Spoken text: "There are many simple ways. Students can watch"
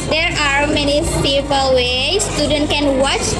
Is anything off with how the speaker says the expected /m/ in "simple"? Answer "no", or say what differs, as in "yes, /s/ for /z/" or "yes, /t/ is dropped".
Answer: yes, /m/ is dropped